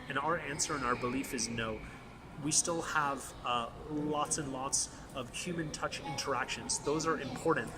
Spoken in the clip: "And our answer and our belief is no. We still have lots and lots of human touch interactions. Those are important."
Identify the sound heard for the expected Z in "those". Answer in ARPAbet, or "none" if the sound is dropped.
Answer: Z